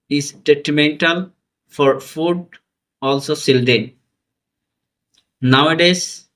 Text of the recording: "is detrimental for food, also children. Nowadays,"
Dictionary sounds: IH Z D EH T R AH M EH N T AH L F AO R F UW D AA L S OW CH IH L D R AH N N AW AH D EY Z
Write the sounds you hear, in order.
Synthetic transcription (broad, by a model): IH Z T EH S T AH M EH N T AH L F AO R F UW D AA L S OW S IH L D AH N N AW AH D EY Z